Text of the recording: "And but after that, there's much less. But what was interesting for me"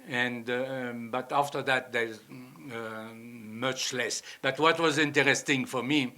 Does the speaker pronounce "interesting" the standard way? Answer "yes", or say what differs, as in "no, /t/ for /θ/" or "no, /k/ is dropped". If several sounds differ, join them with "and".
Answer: yes